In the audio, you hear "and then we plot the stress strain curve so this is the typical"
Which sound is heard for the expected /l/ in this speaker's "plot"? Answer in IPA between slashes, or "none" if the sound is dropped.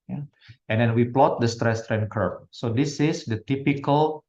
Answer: /l/